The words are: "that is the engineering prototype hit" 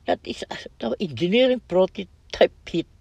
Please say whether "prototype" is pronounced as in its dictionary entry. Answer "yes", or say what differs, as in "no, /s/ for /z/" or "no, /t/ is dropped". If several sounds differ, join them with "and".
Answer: yes